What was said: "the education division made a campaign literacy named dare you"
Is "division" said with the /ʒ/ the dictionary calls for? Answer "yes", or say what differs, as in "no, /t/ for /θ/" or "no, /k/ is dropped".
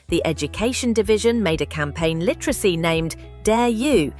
yes